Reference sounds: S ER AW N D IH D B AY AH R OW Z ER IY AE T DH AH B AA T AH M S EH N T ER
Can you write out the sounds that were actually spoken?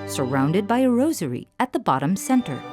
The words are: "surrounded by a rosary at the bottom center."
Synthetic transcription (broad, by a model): S ER AW N D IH D B AY AH R OW Z ER IY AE T DH AH B AA T AH M S EH N T ER